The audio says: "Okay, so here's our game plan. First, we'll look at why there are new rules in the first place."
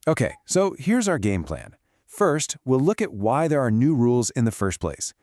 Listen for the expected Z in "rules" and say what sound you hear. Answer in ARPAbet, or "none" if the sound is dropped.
Z